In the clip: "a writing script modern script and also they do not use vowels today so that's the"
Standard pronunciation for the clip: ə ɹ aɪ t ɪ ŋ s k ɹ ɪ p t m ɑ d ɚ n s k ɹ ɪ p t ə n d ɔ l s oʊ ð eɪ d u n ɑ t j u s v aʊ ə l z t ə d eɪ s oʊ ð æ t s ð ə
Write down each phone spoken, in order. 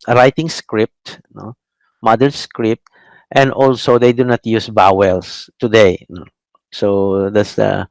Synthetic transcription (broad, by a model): ɹ aɪ t ɪ ŋ s k ɹ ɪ p t m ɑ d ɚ s k ɹ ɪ p t ə n d ɔ l s oʊ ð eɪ d u n ɑ t j u s b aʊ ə l s t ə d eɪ s oʊ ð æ t s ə